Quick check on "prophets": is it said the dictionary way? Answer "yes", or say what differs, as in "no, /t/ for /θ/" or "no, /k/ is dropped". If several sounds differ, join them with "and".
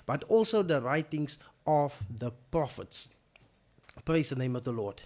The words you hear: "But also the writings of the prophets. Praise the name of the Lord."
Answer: yes